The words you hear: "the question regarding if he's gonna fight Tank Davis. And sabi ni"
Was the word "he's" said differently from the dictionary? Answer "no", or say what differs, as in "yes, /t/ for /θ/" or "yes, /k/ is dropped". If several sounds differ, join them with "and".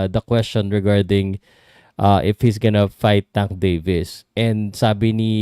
yes, /s/ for /z/